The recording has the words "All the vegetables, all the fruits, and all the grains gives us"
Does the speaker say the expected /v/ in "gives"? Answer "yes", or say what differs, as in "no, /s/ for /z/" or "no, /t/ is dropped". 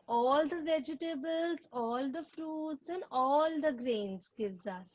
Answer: yes